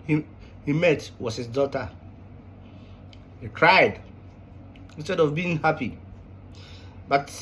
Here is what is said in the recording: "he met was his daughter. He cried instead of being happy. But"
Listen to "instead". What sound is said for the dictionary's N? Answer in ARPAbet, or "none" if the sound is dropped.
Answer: N